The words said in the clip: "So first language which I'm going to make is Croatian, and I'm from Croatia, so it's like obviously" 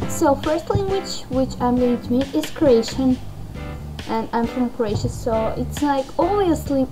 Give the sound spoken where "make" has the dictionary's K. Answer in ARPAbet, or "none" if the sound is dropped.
none